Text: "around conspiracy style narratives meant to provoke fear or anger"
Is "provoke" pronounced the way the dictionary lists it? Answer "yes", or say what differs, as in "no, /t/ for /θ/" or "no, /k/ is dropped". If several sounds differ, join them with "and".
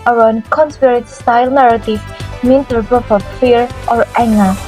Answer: no, /p/ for /v/